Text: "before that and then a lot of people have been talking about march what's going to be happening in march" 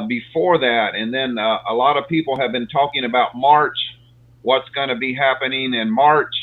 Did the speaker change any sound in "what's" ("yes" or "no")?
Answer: no